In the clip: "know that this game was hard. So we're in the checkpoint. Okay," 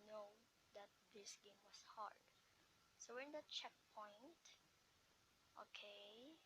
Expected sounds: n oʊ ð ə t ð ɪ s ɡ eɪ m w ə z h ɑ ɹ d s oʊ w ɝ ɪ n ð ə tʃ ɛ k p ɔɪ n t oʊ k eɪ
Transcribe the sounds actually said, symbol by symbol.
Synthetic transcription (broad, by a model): n oʊ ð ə t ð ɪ s ɡ eɪ m w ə s h ɑ ɹ d s oʊ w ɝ ɪ n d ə tʃ ɛ k p ɔɪ n t oʊ k eɪ